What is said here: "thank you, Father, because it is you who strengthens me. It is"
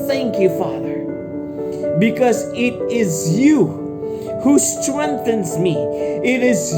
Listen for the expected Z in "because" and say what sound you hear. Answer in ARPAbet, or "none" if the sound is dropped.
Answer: Z